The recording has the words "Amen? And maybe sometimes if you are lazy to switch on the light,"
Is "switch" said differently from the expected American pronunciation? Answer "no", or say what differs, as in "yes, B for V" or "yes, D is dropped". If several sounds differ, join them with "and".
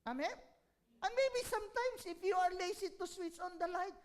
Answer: yes, S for CH